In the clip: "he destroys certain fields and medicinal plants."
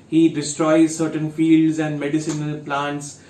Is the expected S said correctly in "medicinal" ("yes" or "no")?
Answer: yes